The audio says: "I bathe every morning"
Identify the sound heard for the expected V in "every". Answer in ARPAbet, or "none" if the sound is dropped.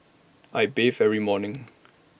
none